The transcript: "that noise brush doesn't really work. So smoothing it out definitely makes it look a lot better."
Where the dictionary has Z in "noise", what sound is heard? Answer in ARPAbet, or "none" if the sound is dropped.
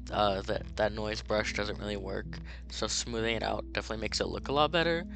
Z